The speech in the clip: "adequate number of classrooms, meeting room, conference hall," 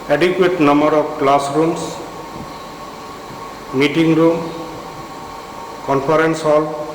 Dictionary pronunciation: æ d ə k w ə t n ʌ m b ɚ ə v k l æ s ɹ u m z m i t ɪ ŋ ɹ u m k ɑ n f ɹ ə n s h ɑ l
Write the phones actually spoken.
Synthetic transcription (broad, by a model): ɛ d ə k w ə t n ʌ m b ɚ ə p k l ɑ s ɹ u m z m i t ɪ ŋ ɹ u m k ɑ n p ɹ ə n s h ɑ l